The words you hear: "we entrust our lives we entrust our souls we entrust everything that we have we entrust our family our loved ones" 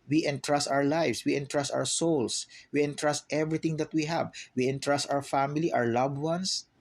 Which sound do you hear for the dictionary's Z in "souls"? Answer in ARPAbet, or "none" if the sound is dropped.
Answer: S